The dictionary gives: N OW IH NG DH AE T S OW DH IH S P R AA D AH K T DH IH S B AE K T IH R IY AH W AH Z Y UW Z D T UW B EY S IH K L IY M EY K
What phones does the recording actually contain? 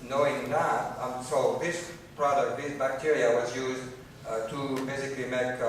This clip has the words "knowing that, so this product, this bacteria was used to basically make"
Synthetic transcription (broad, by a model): N OW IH NG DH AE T S OW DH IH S P R AA D AH K T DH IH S B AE K T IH R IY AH W AH Z Y UW Z D T UW B EY S IH K L IY M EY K